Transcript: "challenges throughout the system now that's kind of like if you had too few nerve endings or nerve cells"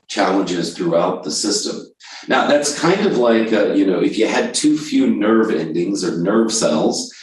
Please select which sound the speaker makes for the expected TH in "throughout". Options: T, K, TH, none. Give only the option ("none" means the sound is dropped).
TH